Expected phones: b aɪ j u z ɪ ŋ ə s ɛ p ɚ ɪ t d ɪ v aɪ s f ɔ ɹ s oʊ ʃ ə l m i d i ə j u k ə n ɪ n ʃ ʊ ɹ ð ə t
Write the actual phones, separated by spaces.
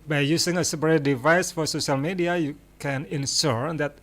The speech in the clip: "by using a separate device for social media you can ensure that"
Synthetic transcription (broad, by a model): b aɪ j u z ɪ ŋ ə s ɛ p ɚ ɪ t d ɪ v aɪ s f ɔ ɹ s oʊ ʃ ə l m i d i ə j u k ə n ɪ n s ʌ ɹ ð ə t